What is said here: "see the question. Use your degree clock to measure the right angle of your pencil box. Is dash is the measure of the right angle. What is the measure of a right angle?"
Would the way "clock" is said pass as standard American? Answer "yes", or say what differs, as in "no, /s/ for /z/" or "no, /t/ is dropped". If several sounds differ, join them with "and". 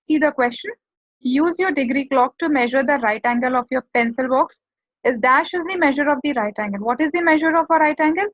yes